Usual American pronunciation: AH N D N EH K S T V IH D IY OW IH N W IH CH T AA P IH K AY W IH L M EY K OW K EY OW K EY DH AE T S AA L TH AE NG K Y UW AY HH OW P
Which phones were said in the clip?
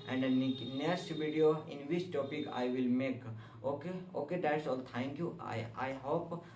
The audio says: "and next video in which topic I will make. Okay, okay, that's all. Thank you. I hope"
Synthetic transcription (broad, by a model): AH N D N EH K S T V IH D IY OW IH N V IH CH T AA P IH K AY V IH L M EY K OW K EY OW K EY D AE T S AA L T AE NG K Y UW AY HH OW P